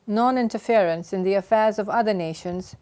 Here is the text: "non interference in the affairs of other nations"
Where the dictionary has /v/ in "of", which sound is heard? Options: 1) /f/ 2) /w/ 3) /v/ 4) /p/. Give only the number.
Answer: 3